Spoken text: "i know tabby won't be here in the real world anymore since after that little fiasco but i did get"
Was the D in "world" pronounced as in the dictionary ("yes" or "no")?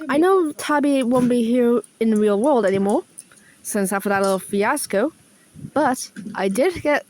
yes